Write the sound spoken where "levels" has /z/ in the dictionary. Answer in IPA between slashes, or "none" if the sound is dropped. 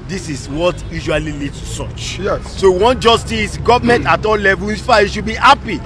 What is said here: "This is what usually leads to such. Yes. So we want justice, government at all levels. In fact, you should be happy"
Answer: none